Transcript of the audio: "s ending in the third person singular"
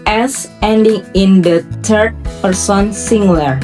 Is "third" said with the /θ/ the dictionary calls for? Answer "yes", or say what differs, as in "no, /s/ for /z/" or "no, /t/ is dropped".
no, /t/ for /θ/